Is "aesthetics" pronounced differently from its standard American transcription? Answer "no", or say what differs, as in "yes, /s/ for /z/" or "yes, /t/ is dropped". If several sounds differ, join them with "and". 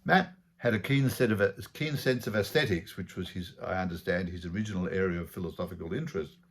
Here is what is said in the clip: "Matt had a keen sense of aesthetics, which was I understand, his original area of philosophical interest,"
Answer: no